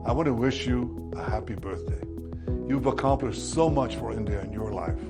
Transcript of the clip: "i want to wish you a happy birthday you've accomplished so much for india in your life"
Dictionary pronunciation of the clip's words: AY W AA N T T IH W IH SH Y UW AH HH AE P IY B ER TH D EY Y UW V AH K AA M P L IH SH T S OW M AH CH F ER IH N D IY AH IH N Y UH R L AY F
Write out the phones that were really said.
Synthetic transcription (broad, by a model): AY W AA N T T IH W IH SH Y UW AH HH AE P IY B ER TH D EY Y UW V AH K AA M P L IH SH T S OW M AH CH F ER IH N D IY AH IH N Y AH R L AY F